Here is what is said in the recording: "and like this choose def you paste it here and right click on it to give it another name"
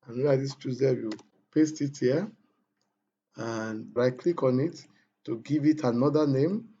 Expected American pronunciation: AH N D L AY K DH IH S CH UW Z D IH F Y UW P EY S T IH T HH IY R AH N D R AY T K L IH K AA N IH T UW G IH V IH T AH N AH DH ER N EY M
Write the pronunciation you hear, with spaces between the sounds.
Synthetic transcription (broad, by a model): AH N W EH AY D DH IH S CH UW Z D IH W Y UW P EY S T IH T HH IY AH N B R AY K L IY K AA N IH T UW G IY V IH T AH N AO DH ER N EY M